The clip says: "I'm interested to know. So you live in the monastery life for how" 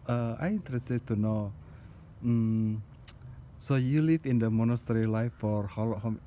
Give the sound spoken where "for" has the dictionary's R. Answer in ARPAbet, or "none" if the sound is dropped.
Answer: L